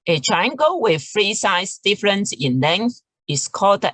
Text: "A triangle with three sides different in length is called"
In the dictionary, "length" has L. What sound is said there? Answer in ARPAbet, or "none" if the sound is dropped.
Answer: L